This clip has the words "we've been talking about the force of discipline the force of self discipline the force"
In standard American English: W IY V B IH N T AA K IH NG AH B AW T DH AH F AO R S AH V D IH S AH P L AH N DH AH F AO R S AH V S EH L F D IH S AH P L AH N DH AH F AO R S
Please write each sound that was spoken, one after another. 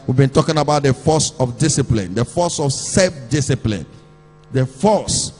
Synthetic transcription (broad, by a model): W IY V B IH N T AA K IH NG AH B AW T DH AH F AO S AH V D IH S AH P L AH N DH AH F AO S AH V S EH F D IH S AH P L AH N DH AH F AO S